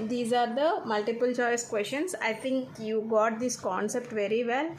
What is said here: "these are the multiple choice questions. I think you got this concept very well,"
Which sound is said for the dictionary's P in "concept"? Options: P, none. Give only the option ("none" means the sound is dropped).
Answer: P